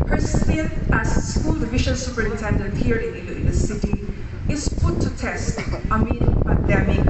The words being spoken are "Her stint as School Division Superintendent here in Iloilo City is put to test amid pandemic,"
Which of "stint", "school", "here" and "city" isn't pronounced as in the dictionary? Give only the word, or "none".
stint